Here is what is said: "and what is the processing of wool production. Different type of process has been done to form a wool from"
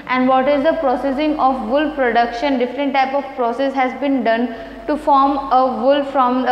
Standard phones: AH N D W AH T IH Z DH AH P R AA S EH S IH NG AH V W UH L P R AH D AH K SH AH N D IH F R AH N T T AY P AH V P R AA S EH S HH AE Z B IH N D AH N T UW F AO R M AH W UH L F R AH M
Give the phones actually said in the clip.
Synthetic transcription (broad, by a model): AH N D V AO T IH Z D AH P R AA S EH S IH NG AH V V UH L P R AH D AH K SH AH N D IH F R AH N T T AY P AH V P R AA S EH S HH AE Z B IH N D AH N T UW F AO R M AH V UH L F R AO M